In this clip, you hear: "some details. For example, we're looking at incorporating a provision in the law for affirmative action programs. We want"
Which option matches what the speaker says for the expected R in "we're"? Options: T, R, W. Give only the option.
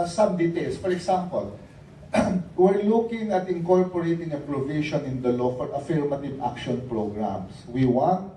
R